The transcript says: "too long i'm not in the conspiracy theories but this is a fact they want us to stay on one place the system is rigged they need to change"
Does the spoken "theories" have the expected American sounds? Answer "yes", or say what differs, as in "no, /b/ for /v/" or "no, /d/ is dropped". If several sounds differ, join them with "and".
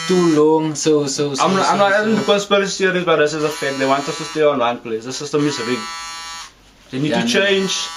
no, /s/ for /θ/